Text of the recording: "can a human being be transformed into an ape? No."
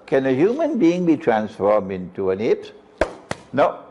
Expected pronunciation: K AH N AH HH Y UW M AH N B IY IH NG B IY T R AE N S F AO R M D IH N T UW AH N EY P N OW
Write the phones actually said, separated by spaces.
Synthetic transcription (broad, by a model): K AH N AH HH Y UW M AH N B IY IH NG B IY T R AE N S F AO R M D IH N T UW AH N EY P N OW